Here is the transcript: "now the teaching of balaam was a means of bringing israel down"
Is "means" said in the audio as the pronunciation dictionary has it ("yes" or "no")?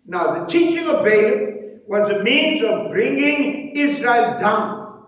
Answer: yes